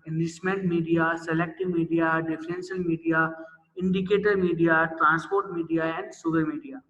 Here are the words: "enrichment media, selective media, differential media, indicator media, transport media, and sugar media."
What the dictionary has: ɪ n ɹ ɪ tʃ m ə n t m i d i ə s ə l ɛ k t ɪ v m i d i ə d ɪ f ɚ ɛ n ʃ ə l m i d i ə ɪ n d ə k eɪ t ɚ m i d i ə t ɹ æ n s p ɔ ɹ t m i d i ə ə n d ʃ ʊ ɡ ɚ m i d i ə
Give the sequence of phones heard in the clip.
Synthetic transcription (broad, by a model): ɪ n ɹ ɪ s m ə n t m i d i ə s ə l ɛ k t ɪ v m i d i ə d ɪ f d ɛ n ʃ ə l m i d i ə ɪ n d ə k eɪ t ɚ m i d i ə t ɹ æ n s p ɔ ɹ t m i d i ə ə n d s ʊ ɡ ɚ m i d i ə